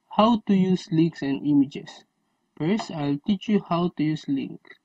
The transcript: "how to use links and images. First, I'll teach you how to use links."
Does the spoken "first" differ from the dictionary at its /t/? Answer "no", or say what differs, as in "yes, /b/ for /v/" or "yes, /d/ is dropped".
yes, /t/ is dropped